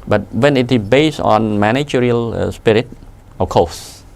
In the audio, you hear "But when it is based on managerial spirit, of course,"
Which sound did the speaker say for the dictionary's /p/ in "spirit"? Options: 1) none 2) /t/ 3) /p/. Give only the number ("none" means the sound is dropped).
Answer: 3